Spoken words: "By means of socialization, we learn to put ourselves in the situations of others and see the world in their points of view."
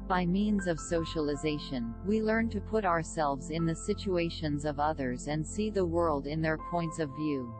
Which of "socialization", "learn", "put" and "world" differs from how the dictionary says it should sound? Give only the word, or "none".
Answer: none